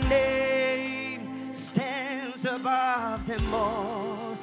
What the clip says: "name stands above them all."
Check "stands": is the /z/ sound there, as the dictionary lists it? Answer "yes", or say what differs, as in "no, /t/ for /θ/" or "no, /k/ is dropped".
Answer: yes